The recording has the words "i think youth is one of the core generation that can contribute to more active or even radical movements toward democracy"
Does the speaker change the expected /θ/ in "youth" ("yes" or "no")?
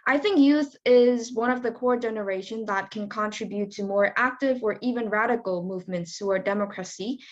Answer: no